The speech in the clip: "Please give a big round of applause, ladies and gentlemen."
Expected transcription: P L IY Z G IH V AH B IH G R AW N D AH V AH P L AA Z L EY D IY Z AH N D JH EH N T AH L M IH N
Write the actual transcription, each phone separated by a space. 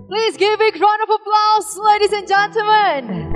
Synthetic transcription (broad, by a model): P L IY Z G IH V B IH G R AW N AH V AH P L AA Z L EY D IY Z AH N JH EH N T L M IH N